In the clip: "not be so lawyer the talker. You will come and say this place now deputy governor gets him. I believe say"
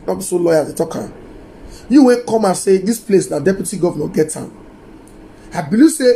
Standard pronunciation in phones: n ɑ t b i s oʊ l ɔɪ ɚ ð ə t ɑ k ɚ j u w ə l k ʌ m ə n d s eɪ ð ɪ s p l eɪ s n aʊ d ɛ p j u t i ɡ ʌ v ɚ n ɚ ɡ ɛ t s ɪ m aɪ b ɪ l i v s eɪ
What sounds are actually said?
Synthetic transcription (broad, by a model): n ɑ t b i s oʊ l ɔɪ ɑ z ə t ɑ k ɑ j u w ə n k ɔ m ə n s eɪ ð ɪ s p l eɪ s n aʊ d ɛ p j u t i ɡ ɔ v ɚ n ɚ ɡ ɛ t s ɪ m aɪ b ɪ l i s eɪ